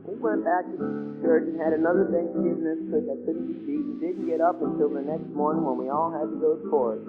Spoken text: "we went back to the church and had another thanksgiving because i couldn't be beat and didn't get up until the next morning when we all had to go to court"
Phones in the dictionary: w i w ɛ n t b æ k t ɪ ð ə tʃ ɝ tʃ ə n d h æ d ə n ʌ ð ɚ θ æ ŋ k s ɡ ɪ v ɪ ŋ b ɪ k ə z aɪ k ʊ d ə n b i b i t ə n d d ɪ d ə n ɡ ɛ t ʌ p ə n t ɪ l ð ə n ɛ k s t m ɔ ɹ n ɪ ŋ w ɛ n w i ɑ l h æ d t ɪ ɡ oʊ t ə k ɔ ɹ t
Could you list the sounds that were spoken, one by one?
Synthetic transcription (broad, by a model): w i w ɛ n b æ k t ɪ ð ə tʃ ɝ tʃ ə n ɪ d ə n ʌ ð ɚ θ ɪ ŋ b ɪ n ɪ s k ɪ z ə ɪ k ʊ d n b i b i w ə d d ɪ d n ɡ ɛ t ʌ p ə n t ɪ l ð ə n ɛ k s t m ɔ ɹ n ɪ ŋ w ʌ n w i ɑ l h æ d t ɪ ɡ oʊ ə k ɔ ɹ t